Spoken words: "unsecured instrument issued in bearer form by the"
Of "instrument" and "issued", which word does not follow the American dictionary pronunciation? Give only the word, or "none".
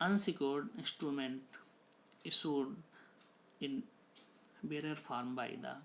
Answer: issued